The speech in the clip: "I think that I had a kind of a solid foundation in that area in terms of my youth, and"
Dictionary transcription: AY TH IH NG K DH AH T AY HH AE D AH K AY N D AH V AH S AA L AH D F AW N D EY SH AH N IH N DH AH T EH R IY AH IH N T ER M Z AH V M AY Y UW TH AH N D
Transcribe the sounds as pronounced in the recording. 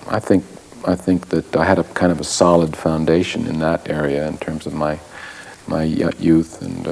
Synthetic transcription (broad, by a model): AY TH IH NG K DH AH T AY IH D AH K AY N D AH V AH S AA L AH D F AW N D EY SH AH N IH N DH AH T EH R IY AH IH N T ER M Z AH V M AY Y UW TH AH N